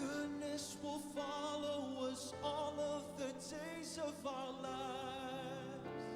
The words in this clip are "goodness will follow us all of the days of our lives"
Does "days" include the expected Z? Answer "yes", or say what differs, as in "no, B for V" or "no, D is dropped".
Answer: yes